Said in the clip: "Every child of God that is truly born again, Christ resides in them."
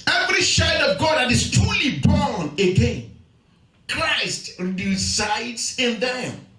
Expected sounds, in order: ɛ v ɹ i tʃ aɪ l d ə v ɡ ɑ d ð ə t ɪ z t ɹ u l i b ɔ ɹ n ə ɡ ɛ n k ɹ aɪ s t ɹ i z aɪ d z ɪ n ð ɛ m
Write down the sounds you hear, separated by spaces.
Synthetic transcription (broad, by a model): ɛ v ɹ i ʃ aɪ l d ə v ɡ ɑ d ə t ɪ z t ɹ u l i b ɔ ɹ n ə ɡ ɛ n k ɹ aɪ s t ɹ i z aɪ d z ɪ n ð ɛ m